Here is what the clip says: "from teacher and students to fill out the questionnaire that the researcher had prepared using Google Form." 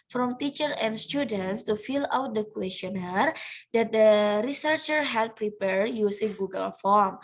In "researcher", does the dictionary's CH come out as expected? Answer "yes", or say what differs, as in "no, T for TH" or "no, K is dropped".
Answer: yes